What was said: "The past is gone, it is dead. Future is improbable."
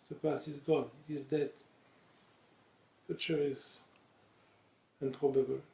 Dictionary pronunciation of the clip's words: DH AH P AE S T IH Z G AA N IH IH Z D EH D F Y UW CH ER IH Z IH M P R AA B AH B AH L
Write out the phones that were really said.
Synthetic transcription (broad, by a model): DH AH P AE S IH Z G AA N IH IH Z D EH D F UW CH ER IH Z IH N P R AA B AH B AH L